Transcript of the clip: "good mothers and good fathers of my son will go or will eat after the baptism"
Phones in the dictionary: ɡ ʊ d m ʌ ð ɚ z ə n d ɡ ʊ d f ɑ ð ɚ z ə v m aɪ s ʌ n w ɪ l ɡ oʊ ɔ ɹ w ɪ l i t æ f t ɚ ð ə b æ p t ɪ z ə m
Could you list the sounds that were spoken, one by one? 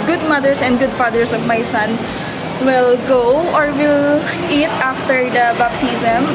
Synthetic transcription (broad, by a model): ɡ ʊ d m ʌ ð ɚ s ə n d ɡ ʊ d f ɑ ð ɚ s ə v m aɪ s ʌ n w ɪ l ɡ oʊ ɔ ɹ w ɪ l i t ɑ f t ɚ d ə b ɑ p t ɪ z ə m